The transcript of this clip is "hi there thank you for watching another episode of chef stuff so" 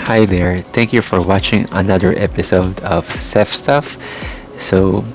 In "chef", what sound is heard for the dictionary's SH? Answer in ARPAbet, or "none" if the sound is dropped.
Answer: S